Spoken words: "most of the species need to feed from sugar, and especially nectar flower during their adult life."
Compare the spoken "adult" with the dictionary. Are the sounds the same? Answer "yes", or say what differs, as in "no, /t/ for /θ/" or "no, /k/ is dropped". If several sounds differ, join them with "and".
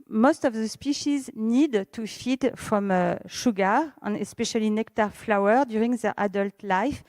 yes